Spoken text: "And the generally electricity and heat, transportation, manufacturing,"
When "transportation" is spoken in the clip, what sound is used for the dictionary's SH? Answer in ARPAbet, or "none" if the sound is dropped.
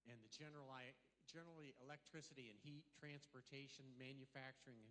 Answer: SH